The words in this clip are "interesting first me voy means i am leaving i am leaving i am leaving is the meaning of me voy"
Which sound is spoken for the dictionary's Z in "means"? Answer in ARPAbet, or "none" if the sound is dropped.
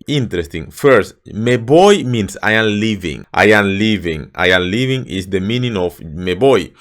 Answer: S